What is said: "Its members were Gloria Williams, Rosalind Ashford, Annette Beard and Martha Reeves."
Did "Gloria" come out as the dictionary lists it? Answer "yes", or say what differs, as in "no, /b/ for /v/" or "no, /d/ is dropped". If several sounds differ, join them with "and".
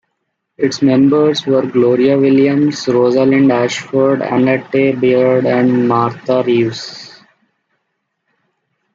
yes